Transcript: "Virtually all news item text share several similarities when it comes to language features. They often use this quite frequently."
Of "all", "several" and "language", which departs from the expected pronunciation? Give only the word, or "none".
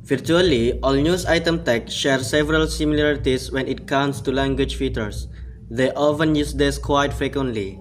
none